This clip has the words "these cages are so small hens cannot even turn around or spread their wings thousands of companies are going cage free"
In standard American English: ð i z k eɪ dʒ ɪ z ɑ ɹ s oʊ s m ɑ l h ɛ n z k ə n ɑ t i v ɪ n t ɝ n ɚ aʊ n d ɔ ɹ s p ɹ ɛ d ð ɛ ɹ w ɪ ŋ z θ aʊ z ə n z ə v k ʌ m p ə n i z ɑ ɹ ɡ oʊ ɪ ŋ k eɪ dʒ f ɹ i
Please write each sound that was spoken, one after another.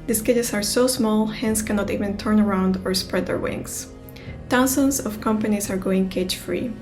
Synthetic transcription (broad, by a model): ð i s k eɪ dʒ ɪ s ɑ ɹ s oʊ s m ɑ l h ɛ n s k ə n ɑ t i v ɪ n t ɝ n ɚ aʊ n d ɔ ɹ s p ɹ ɛ d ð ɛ ɹ w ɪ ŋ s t aʊ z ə n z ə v k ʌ m p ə n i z ɑ ɹ ɡ oʊ ɪ ŋ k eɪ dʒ f ɹ i